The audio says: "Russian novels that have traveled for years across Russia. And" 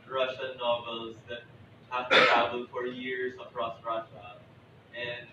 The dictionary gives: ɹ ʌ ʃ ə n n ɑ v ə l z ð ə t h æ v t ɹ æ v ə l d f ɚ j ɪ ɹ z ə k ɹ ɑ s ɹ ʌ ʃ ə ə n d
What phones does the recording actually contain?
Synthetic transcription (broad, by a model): ɹ ʌ ʃ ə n n ɑ v ə l z ð ə t h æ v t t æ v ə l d f ɚ j ɪ ɹ z ə k ɹ ɑ s ɹ ʌ ʃ ə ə n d